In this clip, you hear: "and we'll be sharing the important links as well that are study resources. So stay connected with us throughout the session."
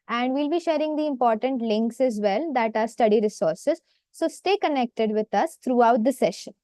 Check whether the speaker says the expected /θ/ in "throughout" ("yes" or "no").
no